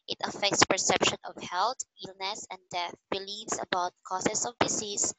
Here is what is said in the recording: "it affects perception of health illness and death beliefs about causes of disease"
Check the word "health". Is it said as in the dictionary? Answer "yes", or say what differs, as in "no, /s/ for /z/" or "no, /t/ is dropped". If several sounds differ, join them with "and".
no, /t/ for /θ/